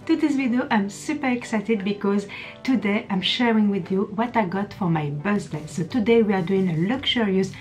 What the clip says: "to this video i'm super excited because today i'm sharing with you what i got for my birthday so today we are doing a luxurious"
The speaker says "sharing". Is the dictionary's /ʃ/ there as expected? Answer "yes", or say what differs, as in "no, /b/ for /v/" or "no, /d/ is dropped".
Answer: yes